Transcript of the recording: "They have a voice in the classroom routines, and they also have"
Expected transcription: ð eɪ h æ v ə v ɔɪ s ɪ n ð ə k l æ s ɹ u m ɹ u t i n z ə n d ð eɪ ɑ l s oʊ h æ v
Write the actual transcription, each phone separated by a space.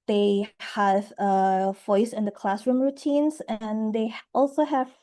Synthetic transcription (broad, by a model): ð eɪ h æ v ə v ɔɪ s ɪ n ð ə k l æ s ɹ u m ɹ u t i n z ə n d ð eɪ ɑ l s oʊ h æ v